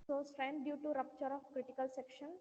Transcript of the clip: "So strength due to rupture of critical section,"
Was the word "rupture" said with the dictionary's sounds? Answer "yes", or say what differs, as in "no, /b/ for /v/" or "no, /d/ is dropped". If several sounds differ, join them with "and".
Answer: yes